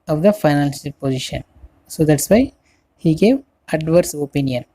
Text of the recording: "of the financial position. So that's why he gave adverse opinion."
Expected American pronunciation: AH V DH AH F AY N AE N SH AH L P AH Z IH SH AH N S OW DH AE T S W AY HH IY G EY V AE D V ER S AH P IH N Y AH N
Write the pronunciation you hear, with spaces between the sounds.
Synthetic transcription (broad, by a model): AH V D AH F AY N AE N S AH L P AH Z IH SH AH N S OW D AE T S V AY HH IY G EY V AE D V ER S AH P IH N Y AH N